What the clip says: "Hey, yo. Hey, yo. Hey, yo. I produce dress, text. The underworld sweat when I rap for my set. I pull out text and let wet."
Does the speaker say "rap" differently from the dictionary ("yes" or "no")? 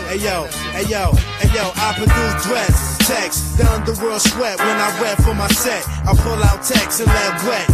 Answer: yes